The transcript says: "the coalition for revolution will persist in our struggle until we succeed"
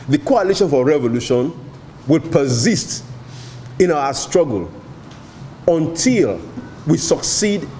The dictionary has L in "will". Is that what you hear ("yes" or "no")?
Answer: yes